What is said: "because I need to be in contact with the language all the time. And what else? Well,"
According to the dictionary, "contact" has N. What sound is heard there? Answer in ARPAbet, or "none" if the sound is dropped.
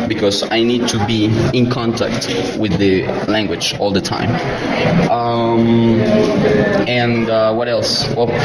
N